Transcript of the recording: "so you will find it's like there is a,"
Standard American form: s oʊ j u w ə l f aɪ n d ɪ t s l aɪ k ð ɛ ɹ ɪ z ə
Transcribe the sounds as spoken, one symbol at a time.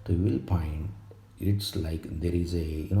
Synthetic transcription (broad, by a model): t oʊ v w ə l p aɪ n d ɪ t s l aɪ k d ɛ ɹ ɪ z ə